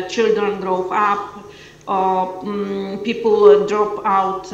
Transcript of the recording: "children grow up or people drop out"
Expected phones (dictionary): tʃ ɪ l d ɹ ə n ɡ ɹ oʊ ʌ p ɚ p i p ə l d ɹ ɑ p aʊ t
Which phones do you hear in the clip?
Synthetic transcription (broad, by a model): tʃ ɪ l d ɹ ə n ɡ ɹ oʊ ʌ p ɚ p i p ə l d ɹ ɑ p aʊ t